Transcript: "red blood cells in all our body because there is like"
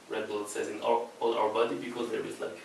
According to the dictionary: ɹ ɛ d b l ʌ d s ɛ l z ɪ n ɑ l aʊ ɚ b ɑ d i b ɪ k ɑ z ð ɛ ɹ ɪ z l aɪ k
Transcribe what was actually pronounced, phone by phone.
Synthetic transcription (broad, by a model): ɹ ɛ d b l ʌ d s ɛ z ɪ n ɑ l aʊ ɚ b ɑ d i b ɪ k ɑ z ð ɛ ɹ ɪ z l aɪ k